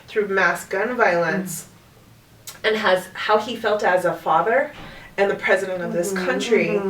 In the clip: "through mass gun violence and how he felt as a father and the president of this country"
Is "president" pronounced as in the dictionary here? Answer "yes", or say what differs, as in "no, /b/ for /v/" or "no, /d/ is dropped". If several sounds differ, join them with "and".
yes